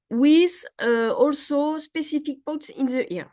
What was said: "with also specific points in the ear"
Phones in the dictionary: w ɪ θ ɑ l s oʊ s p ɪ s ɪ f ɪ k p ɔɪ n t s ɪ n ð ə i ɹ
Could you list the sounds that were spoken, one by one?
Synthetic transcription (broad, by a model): w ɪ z ɑ l s oʊ s p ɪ s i f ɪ k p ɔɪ t s ɪ n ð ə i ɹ